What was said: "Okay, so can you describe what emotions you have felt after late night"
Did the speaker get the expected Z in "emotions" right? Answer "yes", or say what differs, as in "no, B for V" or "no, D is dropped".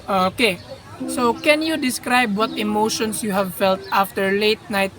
no, S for Z